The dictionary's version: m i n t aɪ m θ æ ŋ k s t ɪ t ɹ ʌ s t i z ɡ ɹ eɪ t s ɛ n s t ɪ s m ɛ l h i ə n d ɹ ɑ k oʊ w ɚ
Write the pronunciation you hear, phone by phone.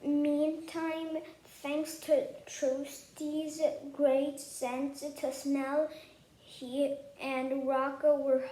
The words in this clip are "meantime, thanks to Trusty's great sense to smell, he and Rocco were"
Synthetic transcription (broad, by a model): m i n t aɪ m θ æ ŋ k s t ɪ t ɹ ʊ s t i z ɡ ɹ eɪ t s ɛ n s t ɪ s m ɛ l h i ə n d ɹ ɑ k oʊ w ɚ